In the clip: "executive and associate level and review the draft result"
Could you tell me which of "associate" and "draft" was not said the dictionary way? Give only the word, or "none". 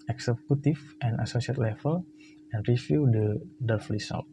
draft